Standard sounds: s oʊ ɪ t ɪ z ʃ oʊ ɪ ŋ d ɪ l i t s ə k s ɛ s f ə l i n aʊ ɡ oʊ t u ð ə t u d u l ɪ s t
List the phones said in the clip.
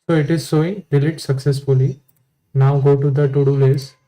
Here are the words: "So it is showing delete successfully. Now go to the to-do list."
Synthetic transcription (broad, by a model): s oʊ ɪ t ɪ z s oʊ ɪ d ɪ l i t s ə k s ɛ s f ə l i n aʊ ɡ oʊ t u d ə t u d u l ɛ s